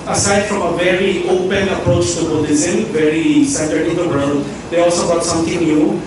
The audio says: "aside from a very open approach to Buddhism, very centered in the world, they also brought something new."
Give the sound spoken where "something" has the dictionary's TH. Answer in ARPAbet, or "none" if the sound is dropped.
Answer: T